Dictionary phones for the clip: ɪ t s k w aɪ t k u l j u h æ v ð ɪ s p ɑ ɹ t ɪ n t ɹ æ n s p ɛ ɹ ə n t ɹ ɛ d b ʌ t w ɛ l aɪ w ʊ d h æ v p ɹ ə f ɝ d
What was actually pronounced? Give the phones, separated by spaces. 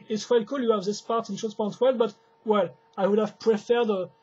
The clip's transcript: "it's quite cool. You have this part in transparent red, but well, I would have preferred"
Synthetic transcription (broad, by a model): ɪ t s k w aɪ t k u l j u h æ v ð ɪ s p ɑ ɹ t ɪ n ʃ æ s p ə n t w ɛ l b ʌ t w ɛ l aɪ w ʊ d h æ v p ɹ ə f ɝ d